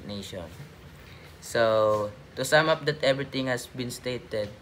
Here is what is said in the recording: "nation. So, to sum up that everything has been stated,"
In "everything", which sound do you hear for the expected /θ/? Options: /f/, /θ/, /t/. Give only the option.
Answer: /t/